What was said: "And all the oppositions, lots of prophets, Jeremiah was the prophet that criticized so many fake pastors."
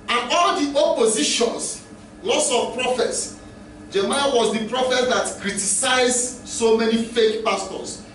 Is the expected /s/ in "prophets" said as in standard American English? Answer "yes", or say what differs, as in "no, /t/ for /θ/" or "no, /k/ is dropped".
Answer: yes